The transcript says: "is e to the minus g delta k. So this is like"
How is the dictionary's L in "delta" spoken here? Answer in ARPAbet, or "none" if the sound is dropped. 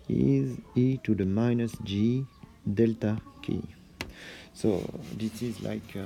L